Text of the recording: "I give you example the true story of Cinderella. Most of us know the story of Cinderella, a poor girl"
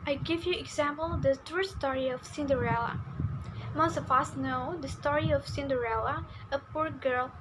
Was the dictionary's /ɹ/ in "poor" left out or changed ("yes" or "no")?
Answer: no